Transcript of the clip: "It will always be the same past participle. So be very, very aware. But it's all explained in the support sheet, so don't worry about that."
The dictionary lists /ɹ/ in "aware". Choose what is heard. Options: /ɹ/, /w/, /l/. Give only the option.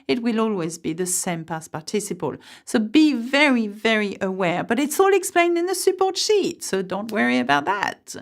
/ɹ/